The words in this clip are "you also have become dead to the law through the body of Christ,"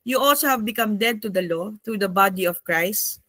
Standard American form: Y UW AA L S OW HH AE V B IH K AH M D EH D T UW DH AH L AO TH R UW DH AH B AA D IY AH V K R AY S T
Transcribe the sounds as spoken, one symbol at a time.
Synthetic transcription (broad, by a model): Y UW AA L S OW HH AE V B IH K AH M D EH D T UW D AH L AO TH R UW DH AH B AA D IY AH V K R AY S T